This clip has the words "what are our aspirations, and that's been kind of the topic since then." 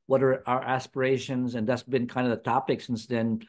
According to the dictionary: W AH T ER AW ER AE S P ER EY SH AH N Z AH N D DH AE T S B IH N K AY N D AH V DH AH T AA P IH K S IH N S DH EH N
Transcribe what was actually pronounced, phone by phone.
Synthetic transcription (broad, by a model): W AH T ER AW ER AE S P ER EY SH AH N Z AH N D DH AE T S B IH N K AY N D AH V DH AH T AA P IH K S IH N S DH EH N